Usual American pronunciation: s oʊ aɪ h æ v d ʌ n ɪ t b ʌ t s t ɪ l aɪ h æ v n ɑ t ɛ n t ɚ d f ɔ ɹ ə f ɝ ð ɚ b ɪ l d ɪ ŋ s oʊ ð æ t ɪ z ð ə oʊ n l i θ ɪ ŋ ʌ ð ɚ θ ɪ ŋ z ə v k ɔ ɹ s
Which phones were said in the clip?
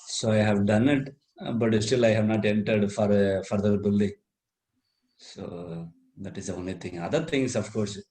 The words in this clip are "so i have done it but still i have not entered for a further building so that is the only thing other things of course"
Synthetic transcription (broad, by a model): s oʊ aɪ h æ v d ʌ n ɪ t b ʌ t s t ɪ l aɪ h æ v n ɑ t ɛ n t ɚ d f ɔ ɹ f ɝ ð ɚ b ɪ l d ɪ ŋ s oʊ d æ t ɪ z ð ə oʊ n l i t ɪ ŋ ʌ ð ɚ t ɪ ŋ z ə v k ɔ ɹ s